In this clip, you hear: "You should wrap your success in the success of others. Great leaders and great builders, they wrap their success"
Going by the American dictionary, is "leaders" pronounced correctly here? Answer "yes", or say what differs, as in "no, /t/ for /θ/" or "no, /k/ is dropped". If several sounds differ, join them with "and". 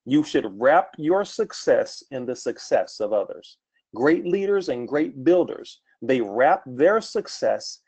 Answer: yes